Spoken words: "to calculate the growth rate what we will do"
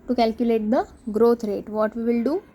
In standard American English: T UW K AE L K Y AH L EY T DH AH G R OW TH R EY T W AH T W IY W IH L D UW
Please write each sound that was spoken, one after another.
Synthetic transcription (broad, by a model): T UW K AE L K Y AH L EY T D AH G R OW T R EY T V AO T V IY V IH L D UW